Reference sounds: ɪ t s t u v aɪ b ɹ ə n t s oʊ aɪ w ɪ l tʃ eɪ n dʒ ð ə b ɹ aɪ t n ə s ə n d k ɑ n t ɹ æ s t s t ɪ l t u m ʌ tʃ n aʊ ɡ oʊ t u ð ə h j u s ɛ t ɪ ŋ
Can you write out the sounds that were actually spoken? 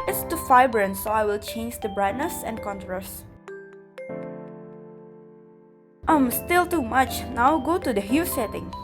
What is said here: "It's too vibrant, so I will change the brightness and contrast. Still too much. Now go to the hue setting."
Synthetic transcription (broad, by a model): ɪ t s t u f aɪ b ɹ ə n s oʊ aɪ w ɪ l tʃ eɪ n dʒ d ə b ɹ aɪ t n ə s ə n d k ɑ n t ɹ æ s t s t ɪ l t u m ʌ tʃ n aʊ ɡ oʊ t u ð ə h j u s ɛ t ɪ ŋ